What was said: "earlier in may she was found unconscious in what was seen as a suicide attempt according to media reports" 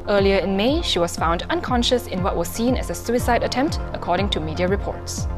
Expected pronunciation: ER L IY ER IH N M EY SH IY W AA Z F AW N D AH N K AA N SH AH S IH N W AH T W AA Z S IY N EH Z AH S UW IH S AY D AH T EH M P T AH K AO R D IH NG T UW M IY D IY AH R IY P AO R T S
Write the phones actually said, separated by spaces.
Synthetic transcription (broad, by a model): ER L IY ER IH N M EY SH IY W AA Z F AW N D AH N K AA N SH AH S IH N W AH T W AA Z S IY N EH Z AH S UW IH S AY D AH T EH M P T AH K AO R D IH NG T UW M IY D IY AH R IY P AO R T S